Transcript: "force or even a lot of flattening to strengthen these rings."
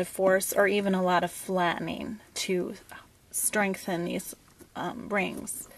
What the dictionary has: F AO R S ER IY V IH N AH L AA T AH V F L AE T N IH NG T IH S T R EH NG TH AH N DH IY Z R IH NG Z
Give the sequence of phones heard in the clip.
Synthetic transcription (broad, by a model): F AO R S ER IY V IH N AH L AA T AH V F L AE T N IH NG T IH S T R EH NG TH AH N DH IY Z R IH NG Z